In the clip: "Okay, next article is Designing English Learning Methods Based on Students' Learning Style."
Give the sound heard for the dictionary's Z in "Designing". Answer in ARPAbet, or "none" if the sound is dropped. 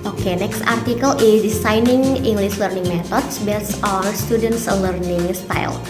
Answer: S